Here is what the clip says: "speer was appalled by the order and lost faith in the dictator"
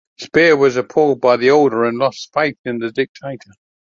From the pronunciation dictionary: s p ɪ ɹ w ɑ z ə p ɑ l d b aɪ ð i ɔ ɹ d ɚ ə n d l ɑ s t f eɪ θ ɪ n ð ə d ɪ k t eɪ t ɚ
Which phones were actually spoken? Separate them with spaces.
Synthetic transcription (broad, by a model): s p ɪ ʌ w ɑ z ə p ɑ l d b aɪ ð i ɔ l d ɚ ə n l ɑ s t f eɪ θ ɪ n ð ə d ɪ k t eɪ t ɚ